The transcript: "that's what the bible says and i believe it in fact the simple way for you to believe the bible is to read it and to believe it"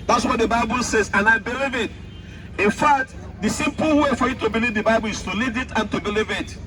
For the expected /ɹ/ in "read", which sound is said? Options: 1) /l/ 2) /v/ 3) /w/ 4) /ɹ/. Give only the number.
1